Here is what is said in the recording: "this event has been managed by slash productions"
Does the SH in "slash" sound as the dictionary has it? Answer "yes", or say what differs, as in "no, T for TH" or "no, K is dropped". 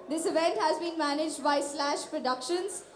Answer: yes